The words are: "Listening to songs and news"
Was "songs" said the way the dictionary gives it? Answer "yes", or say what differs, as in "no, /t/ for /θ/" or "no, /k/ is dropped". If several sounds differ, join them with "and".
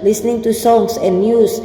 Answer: no, /s/ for /z/